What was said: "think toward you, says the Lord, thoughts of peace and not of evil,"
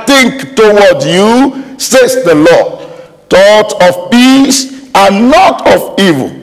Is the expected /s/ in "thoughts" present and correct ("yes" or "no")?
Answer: no